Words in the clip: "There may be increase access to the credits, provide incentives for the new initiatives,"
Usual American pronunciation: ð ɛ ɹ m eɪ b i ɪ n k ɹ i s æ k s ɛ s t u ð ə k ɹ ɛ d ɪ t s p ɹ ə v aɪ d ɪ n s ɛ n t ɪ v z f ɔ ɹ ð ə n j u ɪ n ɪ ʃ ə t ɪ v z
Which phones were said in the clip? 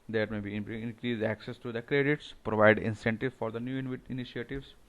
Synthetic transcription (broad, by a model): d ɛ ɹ m eɪ b i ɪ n k ɹ i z æ k s ɛ s t u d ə k ɹ ɛ d ɪ t s p ɹ ə v aɪ d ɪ n s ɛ n t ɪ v f ɔ ɹ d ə n j u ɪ n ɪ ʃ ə t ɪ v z